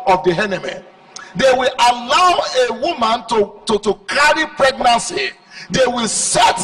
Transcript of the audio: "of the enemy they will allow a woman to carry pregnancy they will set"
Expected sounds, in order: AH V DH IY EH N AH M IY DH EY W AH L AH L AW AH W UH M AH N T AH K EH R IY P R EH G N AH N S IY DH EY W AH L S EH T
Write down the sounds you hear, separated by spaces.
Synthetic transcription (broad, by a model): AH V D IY EH N AH M IY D EY W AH L AH L AW AH W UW M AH N T AH K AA R IY P R EH G N AH N S IY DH EY W AH L S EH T